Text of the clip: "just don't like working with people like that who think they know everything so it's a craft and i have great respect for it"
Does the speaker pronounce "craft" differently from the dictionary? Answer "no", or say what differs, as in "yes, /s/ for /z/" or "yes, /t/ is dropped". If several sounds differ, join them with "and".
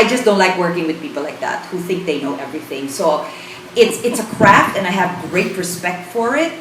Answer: no